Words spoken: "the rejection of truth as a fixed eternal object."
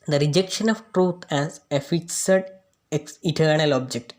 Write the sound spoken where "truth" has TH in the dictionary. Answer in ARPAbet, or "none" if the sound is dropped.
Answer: T